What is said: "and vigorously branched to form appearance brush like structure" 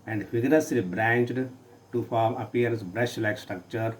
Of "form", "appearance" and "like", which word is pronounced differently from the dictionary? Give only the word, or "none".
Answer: appearance